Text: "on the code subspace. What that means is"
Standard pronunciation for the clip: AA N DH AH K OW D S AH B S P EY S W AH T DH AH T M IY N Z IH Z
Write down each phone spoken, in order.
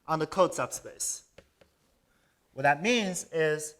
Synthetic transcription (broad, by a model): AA N DH AH K OW D S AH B S P EY S W AH T DH AH T M IY N Z IH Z